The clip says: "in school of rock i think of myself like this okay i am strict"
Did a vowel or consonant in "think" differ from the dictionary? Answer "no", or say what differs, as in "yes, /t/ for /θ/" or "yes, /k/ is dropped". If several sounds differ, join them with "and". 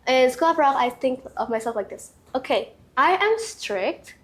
no